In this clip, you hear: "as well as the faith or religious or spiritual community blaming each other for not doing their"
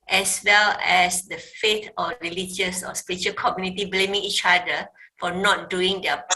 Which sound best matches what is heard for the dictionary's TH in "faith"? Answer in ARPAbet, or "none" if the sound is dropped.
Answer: T